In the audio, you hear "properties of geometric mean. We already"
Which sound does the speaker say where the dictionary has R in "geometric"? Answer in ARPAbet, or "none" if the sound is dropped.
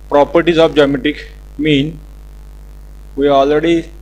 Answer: none